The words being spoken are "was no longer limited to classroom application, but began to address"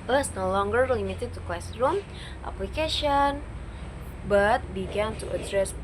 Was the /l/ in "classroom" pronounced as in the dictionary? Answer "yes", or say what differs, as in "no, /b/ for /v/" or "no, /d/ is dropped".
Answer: no, /w/ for /l/